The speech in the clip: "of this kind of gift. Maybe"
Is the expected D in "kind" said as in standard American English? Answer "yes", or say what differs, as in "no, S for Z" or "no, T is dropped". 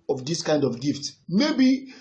yes